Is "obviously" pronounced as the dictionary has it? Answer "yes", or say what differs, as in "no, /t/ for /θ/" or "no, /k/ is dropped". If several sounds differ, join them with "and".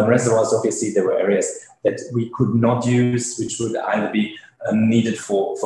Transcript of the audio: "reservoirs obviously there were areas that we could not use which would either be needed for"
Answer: no, /b/ is dropped and /l/ is dropped